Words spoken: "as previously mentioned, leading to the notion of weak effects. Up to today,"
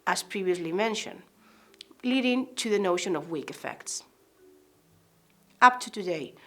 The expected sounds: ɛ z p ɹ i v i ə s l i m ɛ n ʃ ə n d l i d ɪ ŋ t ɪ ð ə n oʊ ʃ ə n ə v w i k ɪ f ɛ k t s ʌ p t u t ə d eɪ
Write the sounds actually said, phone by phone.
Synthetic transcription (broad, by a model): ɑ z p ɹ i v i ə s l i m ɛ n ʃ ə n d l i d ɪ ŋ t ɪ ð ə n oʊ ʃ ə n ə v w i k ɪ f ɛ k t s ʌ p t u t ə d eɪ